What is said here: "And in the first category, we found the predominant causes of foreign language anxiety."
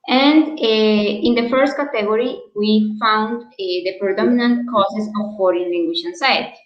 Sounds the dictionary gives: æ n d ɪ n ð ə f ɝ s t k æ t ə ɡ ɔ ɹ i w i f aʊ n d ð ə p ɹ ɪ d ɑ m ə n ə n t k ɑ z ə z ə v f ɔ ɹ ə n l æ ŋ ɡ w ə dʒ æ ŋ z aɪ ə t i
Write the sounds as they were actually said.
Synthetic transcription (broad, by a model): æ n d ɪ n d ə f ɝ s t k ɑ t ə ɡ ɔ ɹ i w i f aʊ n d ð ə p ɹ ɪ d ɑ m ə n ə n t k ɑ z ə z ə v f ɔ ɹ ə n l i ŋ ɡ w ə ʃ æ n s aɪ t